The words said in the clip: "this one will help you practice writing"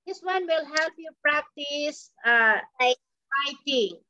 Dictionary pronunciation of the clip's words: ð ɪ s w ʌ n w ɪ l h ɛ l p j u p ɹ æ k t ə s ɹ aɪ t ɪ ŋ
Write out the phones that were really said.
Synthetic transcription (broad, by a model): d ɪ s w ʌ n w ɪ l h ɛ l p j u p ɹ æ k t ə s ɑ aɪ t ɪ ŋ